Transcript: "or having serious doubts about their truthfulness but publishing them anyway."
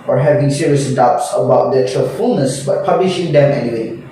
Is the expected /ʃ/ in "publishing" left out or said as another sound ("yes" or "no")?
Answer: no